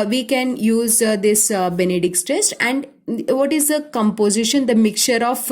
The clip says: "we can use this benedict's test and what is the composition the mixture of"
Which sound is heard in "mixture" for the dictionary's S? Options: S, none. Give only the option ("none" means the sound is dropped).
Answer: none